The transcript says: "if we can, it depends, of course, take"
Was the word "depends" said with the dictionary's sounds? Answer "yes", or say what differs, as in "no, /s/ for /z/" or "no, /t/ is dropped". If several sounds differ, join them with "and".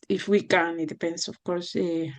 no, /s/ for /z/